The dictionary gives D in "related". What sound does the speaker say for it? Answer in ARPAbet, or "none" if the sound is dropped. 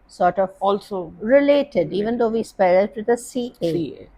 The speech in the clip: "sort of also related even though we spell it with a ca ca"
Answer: D